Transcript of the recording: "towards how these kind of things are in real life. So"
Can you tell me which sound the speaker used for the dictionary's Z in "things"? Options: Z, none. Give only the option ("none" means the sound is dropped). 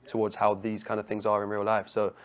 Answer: Z